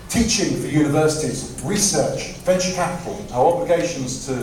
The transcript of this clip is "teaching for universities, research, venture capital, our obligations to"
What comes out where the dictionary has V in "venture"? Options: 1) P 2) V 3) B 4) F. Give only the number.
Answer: 4